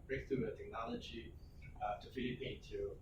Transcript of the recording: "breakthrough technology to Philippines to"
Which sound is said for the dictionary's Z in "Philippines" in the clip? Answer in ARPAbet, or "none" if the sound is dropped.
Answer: none